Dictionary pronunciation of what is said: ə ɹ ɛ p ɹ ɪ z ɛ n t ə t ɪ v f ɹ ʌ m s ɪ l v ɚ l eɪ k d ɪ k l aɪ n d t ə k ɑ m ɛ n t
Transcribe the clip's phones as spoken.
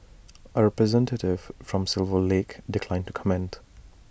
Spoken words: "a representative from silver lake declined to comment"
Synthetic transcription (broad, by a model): ə ɹ ɛ p ɹ ɪ z ɛ n t ə t ɪ v f ɹ ʌ m s ɪ l v ɚ l eɪ k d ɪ k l aɪ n t ə k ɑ m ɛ n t